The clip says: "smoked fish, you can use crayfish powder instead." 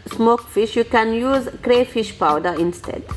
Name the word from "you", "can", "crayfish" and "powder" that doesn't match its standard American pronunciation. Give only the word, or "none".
none